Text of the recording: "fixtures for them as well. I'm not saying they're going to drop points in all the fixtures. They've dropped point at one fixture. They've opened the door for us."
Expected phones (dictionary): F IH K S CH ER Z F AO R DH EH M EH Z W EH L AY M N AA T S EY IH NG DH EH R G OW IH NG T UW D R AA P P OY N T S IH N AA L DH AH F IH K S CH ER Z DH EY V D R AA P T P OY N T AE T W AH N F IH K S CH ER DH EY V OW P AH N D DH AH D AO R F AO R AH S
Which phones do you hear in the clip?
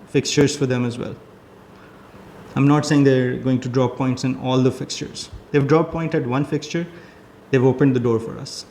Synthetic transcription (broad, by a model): F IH K S CH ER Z F AO R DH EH M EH Z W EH L AY M N AA T S EY IH NG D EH R G OW IH NG T UW D R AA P P OY N T S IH N AA L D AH F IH K S CH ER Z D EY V D R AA P P OY N T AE T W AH N F IH K S CH ER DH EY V OW P AH N D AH D AO R F AO R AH S